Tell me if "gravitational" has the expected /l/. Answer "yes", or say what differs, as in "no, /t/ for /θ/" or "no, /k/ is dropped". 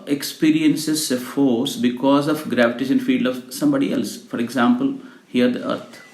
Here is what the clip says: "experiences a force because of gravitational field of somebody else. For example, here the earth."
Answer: no, /n/ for /l/